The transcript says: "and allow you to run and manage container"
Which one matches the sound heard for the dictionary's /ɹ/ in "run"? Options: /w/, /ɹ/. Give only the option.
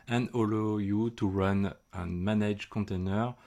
/ɹ/